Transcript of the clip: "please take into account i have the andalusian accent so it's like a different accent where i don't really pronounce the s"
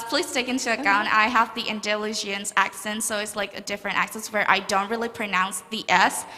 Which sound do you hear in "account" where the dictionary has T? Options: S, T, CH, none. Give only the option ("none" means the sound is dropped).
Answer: none